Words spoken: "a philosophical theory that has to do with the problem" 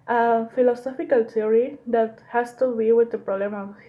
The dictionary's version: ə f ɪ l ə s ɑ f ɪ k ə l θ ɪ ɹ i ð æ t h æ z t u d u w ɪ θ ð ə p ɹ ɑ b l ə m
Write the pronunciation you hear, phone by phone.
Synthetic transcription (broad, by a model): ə f ɪ l ə s ɑ f ɪ k ə l t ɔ ɹ i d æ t h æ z t u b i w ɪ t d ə p ɹ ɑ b l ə m